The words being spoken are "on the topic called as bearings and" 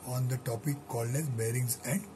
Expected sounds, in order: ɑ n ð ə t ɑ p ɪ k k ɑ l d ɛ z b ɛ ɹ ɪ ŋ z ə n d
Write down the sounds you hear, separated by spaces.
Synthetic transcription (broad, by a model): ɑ n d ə t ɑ p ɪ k k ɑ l ɛ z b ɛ ɹ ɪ ŋ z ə n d